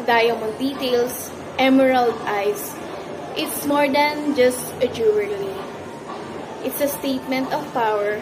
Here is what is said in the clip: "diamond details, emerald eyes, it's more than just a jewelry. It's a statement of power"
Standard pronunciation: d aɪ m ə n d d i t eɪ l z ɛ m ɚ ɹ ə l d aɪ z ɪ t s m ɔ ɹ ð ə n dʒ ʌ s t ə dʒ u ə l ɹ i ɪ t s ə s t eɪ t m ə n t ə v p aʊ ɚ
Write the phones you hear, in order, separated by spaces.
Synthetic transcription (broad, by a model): d aɪ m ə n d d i t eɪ l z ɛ m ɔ ɹ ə l d aɪ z ɪ t s m ɔ ɹ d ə n dʒ ʌ s t ə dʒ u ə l i ɪ t s ə s t eɪ t m ə n t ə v p aʊ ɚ